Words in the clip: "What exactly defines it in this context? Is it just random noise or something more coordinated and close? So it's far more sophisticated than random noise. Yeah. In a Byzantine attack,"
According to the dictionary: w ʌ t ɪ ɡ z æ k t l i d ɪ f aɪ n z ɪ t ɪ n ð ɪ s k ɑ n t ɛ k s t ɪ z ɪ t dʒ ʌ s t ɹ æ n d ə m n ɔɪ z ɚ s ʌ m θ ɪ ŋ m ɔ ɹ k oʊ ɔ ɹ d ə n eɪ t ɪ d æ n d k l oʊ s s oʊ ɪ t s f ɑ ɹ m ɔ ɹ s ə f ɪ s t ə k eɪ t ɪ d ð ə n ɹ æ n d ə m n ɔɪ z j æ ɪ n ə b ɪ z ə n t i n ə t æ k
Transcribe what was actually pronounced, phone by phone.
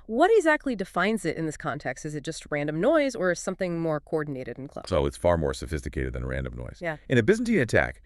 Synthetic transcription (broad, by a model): w ʌ t ɪ ɡ z æ k t l i d ɪ f aɪ n z ɪ t ɪ n ð ɪ s k ɑ n t ɛ k s t ɪ z ɪ t dʒ ʌ s t ɹ æ n d ə m n ɔɪ z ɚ s ʌ m θ ɪ ŋ m ɔ ɹ k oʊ ɔ ɹ d n eɪ t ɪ d n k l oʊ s s oʊ ɪ t s f ɑ ɹ m ɔ ɹ s ə f ɪ s t ə k eɪ t ɪ d ð ə n ɹ æ n d ə m n ɔɪ z j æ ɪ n ə b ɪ z n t i ə t æ k